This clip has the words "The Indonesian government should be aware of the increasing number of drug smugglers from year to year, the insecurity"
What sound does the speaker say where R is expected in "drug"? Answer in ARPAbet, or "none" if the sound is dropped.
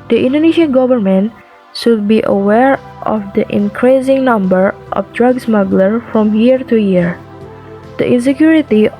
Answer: R